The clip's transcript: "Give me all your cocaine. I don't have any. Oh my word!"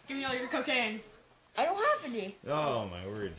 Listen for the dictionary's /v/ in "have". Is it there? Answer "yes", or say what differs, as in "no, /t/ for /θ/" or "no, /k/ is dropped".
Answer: no, /p/ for /v/